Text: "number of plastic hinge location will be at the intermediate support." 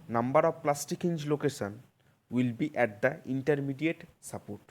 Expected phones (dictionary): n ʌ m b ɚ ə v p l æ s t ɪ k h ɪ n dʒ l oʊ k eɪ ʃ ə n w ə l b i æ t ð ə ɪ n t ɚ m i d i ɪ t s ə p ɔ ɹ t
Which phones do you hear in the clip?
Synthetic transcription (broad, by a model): n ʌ m b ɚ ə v p l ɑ s t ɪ k h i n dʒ l oʊ k eɪ ʃ ə n w ə l b i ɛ t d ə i n t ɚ m i d i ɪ t s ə p ɔ ɹ t